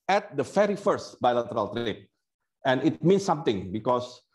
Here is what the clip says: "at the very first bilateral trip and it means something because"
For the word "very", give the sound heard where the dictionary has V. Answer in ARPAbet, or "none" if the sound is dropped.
F